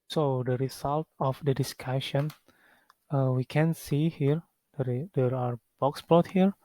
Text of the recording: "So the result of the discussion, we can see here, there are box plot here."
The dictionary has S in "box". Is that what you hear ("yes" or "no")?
yes